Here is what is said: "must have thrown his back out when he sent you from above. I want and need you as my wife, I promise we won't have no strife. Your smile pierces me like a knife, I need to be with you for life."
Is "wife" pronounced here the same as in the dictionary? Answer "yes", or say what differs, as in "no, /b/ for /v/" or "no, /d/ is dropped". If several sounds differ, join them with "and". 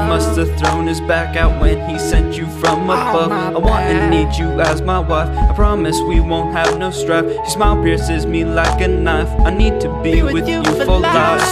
yes